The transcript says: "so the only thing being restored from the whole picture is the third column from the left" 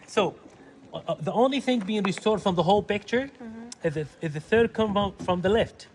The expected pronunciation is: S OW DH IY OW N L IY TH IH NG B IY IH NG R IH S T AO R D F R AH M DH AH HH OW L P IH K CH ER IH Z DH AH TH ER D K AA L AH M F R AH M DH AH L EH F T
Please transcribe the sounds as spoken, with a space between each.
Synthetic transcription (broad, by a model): S OW DH IY OW N L IY TH IH NG B IY IH NG R IH S T AO R D F R AH M DH AH HH OW L P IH K CH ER IH Z DH AH TH ER D K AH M F R AH M DH AH L EH F T